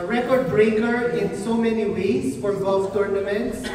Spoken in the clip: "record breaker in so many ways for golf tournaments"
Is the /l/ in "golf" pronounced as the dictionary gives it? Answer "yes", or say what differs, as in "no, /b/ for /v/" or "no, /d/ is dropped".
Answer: no, /l/ is dropped